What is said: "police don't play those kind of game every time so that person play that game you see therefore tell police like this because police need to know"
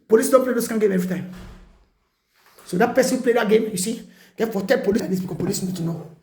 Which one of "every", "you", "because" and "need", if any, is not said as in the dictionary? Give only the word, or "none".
because